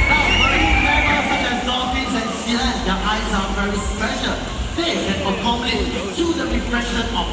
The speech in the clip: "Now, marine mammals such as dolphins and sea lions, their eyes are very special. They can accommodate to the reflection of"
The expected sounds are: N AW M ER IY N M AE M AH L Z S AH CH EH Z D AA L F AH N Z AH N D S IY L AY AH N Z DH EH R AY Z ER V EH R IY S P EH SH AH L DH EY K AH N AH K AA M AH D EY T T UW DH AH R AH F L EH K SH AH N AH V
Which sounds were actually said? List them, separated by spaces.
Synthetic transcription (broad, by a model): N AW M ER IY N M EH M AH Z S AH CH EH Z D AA F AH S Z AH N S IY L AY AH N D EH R AY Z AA V EH R IY S P EH SH AH L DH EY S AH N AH K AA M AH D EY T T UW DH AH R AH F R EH SH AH N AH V